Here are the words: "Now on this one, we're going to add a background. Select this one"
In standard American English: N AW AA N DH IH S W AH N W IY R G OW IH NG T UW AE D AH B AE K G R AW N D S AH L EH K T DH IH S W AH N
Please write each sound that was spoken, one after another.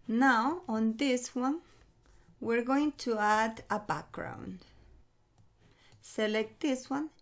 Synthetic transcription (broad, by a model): N AW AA N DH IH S W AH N W IY R G OW IH NG T UW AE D AH B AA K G R AW N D S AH L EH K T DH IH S W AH N